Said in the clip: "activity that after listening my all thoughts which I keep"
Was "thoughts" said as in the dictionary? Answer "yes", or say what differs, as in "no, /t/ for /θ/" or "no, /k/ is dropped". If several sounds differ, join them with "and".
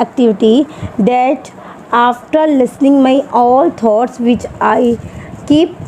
no, /t/ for /θ/